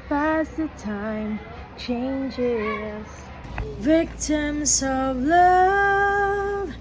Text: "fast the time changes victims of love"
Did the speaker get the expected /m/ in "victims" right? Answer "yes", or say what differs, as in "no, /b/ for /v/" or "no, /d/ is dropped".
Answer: yes